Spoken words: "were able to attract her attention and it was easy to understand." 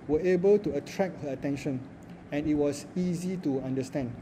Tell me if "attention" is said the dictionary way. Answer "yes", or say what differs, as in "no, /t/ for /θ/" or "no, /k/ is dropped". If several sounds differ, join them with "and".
yes